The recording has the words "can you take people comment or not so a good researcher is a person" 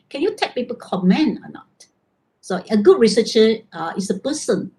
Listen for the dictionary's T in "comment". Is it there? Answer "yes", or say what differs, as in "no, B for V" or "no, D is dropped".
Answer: no, T is dropped